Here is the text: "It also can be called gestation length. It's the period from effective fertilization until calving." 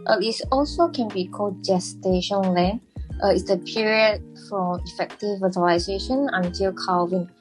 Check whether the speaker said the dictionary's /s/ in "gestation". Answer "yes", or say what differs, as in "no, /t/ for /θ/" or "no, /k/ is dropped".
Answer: yes